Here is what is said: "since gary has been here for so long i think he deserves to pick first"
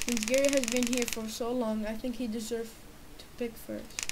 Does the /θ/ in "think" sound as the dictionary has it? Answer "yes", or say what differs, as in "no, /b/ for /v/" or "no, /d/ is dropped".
yes